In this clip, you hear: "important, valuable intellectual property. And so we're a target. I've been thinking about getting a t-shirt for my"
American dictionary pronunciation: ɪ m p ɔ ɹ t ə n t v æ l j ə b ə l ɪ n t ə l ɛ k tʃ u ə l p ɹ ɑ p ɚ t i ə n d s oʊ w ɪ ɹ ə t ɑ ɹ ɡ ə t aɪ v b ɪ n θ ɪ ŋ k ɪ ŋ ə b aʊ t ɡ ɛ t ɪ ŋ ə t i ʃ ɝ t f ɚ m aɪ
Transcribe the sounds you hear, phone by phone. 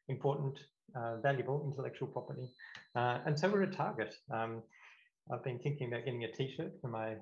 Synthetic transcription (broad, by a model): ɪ m p ɔ ɹ t n t v æ l j ə b ə l ɪ n t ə l ɛ k tʃ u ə l p ɹ ɑ p ɚ t i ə n s oʊ w ɪ ɹ ə t ɑ ɹ ɡ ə t aɪ v b ɪ n θ ɪ ŋ k ɪ ŋ ə b aʊ t ɡ ɛ t ɪ ŋ ə t i ʃ ɝ t f ɚ m aɪ